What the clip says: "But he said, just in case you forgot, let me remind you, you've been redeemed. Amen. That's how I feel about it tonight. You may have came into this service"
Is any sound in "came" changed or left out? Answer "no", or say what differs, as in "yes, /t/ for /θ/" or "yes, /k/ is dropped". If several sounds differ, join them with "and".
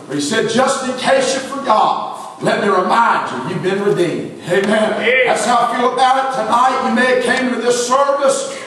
yes, /m/ is dropped